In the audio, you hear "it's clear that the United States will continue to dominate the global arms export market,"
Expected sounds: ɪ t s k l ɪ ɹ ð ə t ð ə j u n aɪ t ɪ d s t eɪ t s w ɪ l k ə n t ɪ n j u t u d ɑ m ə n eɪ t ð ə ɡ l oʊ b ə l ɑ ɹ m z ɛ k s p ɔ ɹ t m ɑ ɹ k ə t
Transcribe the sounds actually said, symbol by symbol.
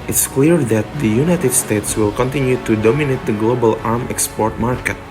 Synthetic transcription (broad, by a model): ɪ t s k l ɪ ɹ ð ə t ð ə j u n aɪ t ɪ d s t eɪ t s w ɪ l k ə n t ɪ n j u t u d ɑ m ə n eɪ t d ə ɡ l oʊ b ə l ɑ ɹ m ɛ k s p ɔ ɹ t m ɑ ɹ k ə t